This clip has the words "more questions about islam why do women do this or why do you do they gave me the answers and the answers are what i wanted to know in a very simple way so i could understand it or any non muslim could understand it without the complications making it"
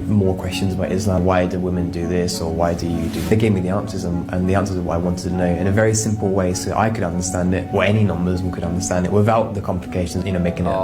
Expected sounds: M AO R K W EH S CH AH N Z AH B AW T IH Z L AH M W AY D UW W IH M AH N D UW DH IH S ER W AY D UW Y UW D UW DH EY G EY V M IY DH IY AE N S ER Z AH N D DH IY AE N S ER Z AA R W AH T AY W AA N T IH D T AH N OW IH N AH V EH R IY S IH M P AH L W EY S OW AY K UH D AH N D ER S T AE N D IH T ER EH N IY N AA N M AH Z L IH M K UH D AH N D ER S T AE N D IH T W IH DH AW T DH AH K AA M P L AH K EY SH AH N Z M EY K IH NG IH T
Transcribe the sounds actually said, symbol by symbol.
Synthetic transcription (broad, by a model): M AO R K W EH S CH AH N Z AH B AW T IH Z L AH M W AY D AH W IH M AH N D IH DH IH S ER W AY D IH Y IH D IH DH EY G EY V M IY DH IY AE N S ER Z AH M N DH IY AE N S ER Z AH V W AH T AY W AA N T IH D T AH N OW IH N AH V EH R IY S IH M P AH L W EY S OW AY K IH D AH N D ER S T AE N D IH T ER EH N IY N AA M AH L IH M K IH D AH N D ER S T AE N D IH T W IH DH AW T DH AH K AA M P L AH K EY SH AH N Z M EY K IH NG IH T